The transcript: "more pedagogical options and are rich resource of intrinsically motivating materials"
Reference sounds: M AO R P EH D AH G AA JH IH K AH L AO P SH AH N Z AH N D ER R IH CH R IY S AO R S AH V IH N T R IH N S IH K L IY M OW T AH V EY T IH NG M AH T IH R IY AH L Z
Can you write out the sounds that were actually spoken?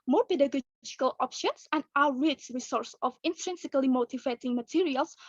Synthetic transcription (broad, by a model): M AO R P EH D AH G AA JH IH K AH L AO P SH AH N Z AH N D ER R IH S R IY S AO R S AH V IH N T R IH N S IH K L IY M OW T AH V EY T IH NG M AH T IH R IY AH L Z